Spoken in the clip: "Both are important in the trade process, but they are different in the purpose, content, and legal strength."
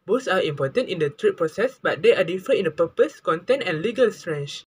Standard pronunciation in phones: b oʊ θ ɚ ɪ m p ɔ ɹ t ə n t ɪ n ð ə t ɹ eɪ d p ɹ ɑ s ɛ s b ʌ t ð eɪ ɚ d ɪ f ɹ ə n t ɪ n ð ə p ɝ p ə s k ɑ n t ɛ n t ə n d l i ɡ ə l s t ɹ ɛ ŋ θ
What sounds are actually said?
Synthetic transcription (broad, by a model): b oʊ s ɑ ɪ m p ɔ t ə n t ɪ n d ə t ɹ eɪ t p ɹ ɑ s ɛ s b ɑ t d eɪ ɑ d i f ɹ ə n ɪ n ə p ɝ p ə s k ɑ n t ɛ n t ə n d l i ɡ ə l s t ɹ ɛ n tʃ